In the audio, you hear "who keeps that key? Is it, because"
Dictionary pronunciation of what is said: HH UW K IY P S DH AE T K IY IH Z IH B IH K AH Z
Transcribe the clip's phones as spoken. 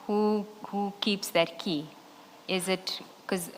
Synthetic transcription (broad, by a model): HH UW K IY P S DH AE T K IY IH Z IH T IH K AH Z